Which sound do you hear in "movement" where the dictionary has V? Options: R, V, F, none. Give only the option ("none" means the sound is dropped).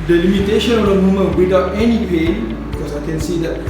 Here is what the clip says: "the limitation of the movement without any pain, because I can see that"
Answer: none